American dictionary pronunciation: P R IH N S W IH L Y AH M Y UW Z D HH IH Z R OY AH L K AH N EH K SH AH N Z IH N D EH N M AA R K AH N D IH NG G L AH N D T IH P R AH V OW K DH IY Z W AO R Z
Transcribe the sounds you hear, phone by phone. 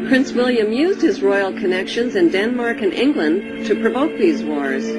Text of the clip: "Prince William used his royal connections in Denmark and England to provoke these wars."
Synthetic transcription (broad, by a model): P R IH N S W IH L Y AH M Y UW Z D HH IH Z R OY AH L K AH N EH K SH AH N Z IH N D EH N M AA R K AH N IH NG G L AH N T IH P R AH V OW K DH IY Z W AO R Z